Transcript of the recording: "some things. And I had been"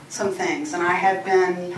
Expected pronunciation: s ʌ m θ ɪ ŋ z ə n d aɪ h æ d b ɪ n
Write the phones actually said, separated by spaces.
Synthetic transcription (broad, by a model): s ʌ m θ ɪ ŋ z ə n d aɪ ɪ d b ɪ n